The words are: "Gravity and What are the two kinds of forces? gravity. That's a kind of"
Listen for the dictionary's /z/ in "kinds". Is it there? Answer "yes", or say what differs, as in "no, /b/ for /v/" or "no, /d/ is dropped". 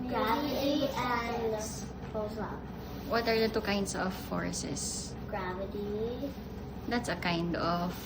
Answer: no, /s/ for /z/